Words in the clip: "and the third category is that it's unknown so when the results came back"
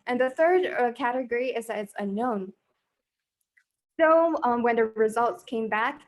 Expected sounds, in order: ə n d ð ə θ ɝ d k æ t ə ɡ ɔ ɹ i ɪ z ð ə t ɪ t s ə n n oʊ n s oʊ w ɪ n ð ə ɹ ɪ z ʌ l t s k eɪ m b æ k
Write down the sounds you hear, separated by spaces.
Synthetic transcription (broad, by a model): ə n ð ə θ ɝ d k æ t ə ɡ ɔ ɹ i ɪ z ð ə t ɪ t s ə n n oʊ n s oʊ w ɪ n ð ə ɹ ɪ z ʌ l t s k eɪ m b æ k